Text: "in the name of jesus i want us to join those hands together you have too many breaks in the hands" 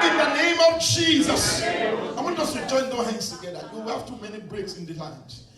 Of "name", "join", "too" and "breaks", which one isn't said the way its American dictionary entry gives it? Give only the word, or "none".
none